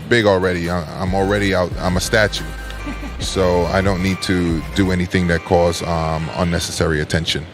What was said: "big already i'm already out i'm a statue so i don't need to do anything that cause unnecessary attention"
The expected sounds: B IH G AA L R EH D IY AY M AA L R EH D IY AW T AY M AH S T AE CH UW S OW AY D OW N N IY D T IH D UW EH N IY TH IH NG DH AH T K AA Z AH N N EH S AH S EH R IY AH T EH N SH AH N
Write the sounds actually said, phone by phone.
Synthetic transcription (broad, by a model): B IH G L R EH D IY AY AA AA L R EH D IY AW T AY M AH S T AE CH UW S OW AY D OW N N IY D T IH D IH EH N IY TH IH NG DH AH T K AA Z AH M N EH S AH S EH R IY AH T EH N SH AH N